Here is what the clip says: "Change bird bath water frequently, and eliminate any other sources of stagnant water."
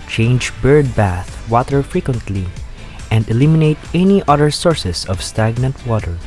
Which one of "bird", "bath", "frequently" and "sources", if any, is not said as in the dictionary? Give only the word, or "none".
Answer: sources